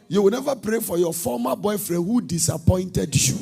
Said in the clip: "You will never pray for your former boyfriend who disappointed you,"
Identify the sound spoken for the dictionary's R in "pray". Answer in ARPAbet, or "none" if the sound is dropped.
R